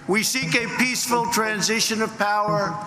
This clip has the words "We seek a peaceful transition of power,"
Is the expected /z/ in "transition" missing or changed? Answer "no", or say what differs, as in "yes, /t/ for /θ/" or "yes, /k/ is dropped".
no